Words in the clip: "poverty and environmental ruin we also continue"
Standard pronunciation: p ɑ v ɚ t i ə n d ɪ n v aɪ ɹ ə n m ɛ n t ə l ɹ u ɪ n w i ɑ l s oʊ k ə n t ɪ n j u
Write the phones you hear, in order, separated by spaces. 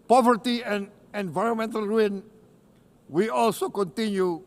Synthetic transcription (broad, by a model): p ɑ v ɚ t i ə n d ɪ n v aɪ ɹ ə n m ɛ n t ə l ɹ u ɪ n w i ɑ l s oʊ k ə n t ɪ n j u